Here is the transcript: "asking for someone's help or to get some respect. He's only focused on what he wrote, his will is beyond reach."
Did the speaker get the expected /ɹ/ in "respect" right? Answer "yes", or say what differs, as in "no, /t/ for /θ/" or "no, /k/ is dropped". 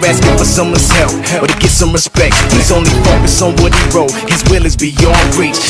yes